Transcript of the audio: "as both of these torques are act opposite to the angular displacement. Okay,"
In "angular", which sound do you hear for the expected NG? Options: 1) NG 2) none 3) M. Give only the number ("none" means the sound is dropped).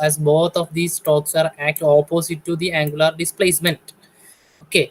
1